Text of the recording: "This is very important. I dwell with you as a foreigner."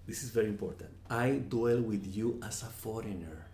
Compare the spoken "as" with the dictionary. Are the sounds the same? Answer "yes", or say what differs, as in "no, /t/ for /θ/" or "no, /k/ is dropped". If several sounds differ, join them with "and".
no, /s/ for /z/